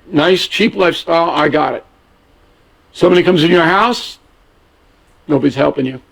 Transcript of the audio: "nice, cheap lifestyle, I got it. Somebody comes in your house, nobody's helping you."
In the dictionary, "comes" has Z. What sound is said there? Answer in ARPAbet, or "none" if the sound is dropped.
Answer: Z